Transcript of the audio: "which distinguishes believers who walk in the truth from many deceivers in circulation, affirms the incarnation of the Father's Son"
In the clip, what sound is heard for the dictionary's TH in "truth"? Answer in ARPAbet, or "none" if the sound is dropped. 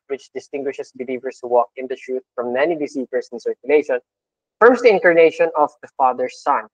T